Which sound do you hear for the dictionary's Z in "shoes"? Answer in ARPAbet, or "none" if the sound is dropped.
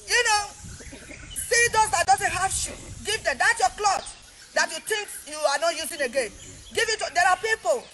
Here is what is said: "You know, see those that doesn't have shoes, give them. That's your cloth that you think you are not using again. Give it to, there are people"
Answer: none